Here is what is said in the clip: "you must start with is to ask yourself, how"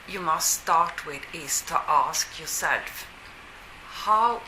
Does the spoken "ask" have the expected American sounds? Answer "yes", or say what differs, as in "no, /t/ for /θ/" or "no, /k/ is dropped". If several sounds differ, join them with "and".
yes